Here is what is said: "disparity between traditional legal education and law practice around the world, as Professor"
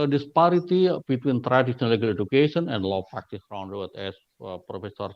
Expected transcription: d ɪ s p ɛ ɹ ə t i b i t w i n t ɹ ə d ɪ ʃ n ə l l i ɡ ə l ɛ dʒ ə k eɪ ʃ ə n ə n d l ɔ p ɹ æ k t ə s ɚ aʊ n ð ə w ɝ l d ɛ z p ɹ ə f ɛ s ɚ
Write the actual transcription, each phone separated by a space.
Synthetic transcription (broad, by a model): d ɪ s p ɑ ɹ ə t i b i t w i n t ɹ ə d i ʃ ə n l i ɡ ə l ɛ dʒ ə k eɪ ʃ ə n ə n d l ɔ p ɹ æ k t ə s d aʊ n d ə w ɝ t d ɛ s p ɹ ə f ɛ s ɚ